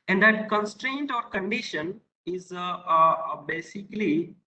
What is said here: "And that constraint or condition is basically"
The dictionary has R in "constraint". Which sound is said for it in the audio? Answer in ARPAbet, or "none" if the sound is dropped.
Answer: R